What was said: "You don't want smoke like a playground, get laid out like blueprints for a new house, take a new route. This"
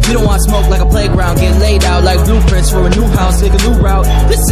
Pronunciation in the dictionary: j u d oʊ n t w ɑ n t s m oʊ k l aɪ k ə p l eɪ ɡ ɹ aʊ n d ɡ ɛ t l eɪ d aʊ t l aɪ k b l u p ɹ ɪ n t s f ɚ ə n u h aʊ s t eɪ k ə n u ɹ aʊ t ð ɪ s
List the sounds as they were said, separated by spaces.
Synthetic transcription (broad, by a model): j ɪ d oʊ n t w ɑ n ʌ s m oʊ k l aɪ k ə p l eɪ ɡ ɹ aʊ n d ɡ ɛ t l eɪ d aʊ t l aɪ k b l u p ɹ ɪ n t s f ɚ ə n u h aʊ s t eɪ k ə l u ɹ aʊ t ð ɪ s